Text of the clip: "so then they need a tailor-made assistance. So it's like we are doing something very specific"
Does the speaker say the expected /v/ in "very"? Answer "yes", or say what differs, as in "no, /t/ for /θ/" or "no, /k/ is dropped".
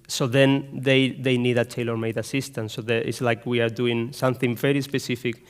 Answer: yes